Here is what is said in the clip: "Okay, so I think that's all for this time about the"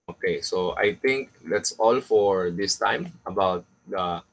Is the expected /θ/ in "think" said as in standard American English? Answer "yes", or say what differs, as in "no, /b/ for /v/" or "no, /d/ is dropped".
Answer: no, /t/ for /θ/